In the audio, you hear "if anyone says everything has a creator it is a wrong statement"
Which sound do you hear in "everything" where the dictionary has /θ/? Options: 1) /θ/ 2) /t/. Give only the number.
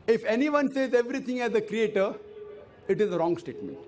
2